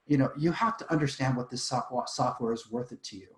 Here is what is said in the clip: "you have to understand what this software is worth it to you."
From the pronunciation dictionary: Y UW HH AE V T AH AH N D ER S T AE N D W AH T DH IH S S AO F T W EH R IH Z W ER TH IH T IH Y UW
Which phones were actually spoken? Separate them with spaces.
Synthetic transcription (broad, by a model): Y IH HH AE F T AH AH N D ER S T AE N D W AH T DH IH S S AO F T W EH R IH Z W ER TH IH T IH Y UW